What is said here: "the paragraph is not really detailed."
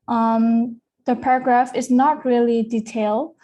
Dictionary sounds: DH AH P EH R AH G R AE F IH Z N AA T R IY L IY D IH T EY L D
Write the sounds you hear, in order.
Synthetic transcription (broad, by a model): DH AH P EH R AH G R AE F IH Z N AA T R IY L IY D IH T EY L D